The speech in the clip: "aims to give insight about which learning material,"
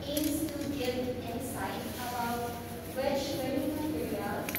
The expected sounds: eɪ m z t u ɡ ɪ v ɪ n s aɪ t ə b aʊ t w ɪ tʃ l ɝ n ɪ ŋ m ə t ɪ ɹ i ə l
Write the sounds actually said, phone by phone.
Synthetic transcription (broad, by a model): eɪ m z t u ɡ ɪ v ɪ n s aɪ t ə b aʊ t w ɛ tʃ w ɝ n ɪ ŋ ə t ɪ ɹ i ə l